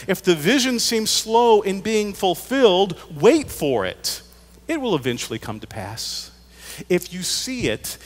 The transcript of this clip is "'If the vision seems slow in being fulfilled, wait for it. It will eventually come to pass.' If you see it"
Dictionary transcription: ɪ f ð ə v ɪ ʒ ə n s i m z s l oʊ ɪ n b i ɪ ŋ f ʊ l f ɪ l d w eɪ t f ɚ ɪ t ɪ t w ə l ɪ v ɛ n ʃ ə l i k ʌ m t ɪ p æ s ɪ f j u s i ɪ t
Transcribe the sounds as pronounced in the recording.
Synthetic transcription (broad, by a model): ɪ f ð ə v ɪ ʒ ə n s i m z s l oʊ ɪ n b i ɪ ŋ f ʊ l f ɪ l d w eɪ t f ɚ ɪ t ɪ t w ə l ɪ v ɛ n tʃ l i k ʌ m t ɪ p æ s ɪ f j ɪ s i ɪ t